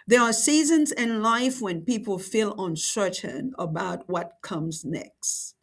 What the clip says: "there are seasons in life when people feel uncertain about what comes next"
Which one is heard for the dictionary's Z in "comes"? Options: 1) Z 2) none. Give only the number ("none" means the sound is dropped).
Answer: 1